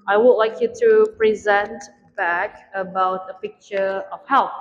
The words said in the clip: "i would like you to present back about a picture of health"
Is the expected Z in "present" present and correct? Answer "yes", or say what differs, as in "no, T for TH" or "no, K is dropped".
yes